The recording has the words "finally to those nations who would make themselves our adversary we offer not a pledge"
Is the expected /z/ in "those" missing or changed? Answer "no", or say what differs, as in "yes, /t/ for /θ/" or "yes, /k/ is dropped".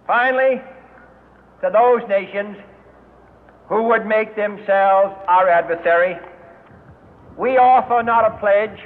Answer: no